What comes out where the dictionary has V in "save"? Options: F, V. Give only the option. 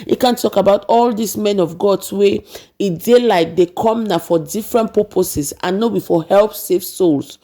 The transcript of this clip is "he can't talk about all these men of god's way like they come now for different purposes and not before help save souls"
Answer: F